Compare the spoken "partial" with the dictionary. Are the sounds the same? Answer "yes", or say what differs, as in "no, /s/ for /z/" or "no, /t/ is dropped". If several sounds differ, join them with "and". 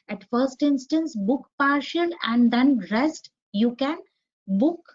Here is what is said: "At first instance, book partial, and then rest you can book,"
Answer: no, /n/ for /l/